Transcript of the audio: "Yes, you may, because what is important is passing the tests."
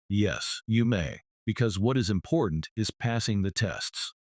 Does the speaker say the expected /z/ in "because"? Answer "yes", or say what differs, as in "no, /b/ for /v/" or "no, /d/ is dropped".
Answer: yes